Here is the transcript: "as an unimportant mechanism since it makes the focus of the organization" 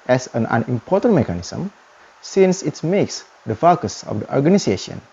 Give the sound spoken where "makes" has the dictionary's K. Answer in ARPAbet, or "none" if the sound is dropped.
K